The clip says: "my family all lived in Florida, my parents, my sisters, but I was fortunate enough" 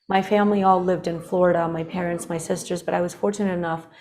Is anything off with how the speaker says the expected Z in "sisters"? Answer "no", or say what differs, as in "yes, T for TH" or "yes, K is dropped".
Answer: no